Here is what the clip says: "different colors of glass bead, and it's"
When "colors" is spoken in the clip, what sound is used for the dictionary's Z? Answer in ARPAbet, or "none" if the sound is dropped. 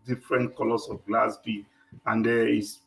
S